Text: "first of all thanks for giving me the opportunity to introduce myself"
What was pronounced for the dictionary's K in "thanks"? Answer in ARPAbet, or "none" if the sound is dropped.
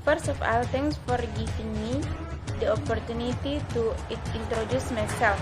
none